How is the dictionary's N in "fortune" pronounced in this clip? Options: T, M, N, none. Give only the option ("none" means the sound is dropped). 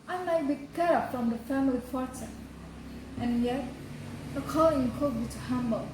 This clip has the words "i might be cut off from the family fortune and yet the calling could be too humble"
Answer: none